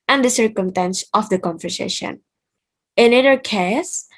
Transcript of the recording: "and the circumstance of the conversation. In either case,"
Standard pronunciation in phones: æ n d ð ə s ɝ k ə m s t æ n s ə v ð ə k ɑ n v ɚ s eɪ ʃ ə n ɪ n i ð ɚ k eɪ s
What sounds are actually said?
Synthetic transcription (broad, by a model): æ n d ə s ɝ k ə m s t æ n s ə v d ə k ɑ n f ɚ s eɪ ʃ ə n ɪ n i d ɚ k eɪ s